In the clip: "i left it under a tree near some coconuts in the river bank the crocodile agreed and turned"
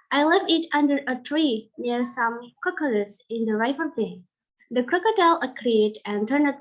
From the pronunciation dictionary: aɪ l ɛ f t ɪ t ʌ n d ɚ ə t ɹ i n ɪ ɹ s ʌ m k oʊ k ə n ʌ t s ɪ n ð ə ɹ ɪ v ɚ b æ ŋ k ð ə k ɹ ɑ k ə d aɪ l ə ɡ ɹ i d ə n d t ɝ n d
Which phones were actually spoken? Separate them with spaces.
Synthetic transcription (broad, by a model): aɪ l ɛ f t ɪ t ʌ n d ɚ ə t ɹ i n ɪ ɹ s ʌ m k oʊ k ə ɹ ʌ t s ɪ n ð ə ɹ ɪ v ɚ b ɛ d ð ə k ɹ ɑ k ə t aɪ l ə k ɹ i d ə n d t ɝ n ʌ